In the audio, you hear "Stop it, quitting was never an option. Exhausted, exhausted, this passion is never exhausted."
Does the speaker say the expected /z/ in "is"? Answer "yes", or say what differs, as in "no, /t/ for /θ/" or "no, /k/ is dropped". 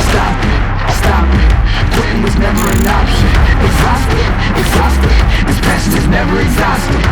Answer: yes